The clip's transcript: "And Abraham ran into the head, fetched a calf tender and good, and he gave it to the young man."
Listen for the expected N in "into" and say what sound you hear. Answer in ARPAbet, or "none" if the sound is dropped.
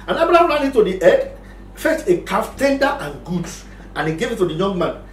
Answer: none